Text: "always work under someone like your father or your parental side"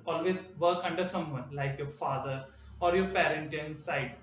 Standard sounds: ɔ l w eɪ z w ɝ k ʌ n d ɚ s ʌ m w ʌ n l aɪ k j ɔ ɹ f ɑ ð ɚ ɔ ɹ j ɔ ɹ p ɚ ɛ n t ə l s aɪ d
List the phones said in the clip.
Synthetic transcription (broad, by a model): ɔ l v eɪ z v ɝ k ʌ n d ɚ s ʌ m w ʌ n l aɪ k j ɔ ɹ f ɑ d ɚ ɔ ɹ j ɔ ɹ p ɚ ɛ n t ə n s aɪ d